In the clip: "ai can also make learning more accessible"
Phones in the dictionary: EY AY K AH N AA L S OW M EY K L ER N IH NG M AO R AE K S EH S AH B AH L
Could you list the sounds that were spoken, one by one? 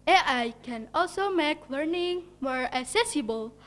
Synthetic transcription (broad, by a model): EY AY K AH N AA L S OW M EY K L ER N IH NG M AO R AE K S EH S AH B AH L